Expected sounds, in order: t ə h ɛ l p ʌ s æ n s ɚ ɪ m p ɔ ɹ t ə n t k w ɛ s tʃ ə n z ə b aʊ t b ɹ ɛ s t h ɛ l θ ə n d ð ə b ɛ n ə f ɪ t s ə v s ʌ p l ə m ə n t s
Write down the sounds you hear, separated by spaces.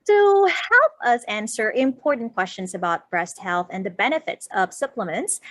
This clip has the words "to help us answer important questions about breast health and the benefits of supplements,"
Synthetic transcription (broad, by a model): t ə h ɛ l p ʌ s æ n s ɚ ɪ m p ɔ ɹ t n k w ɛ s tʃ ə n z ə b aʊ t b ɹ ɛ s t h ɛ l θ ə n ð ə b ɛ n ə f ɪ t s ə v s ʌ p l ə m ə n t s